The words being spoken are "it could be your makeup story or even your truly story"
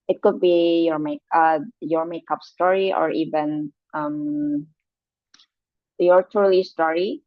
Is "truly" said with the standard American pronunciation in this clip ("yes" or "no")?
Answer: no